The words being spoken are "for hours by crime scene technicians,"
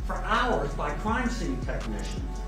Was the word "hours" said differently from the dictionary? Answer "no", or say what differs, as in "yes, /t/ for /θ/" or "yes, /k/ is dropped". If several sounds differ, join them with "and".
no